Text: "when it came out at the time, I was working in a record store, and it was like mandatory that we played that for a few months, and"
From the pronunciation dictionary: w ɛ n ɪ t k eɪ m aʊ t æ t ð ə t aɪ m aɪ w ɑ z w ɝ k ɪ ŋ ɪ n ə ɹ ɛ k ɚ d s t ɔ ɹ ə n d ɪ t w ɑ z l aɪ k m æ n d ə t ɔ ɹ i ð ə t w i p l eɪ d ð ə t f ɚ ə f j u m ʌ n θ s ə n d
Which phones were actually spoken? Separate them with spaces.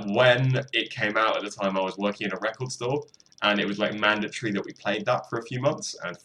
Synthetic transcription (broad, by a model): w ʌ n ɪ t k eɪ m aʊ t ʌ t ð ə t aɪ m aɪ w ɑ z w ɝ k ɪ ŋ ɪ n ə ɹ ɛ k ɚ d s t ɔ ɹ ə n ɪ t w ɑ z l aɪ k m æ n d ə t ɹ i ð ə t w i p l eɪ d ð ə t f ɚ ə f j u m ʌ n θ s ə n